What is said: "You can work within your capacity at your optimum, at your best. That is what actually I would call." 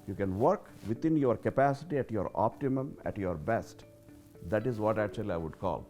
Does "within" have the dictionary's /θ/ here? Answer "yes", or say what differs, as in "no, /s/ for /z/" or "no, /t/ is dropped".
no, /t/ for /θ/